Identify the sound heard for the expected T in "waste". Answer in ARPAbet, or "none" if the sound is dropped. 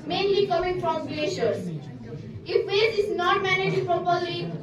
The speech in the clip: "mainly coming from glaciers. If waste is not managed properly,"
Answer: none